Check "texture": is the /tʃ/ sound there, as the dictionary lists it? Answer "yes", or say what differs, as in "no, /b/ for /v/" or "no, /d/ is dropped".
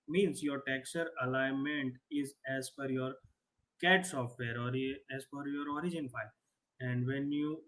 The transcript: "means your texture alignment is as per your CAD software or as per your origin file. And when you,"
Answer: no, /tʃ/ is dropped